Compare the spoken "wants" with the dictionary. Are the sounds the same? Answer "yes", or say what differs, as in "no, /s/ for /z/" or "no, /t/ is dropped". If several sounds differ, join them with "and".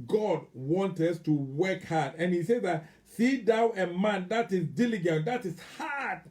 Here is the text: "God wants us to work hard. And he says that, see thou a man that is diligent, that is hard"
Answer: no, /s/ is dropped